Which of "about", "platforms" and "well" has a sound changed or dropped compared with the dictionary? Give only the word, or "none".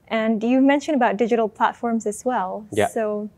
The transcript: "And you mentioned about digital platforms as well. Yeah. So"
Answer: none